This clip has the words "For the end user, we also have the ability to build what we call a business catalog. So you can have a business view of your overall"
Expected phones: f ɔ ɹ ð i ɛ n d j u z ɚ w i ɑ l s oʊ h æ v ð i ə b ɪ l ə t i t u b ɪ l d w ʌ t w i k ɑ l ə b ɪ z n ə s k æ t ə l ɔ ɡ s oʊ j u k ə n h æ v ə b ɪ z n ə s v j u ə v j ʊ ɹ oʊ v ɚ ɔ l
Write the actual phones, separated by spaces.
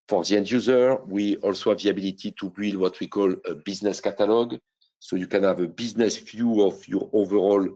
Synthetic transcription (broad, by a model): f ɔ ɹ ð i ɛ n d j u z ɚ w i ɑ l s oʊ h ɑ v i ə b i l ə t i t u b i l d w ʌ t w i k ɑ l ə b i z n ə s k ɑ t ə l ɔ ɡ s oʊ j u k ə n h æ v ə b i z n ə s f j u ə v j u ɹ oʊ v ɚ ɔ l